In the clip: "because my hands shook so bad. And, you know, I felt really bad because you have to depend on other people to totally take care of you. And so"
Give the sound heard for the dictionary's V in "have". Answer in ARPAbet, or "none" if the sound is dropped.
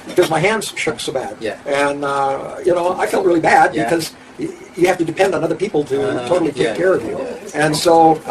F